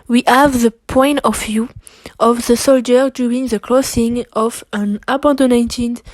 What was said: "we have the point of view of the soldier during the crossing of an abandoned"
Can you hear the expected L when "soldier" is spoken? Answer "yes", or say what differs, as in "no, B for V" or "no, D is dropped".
yes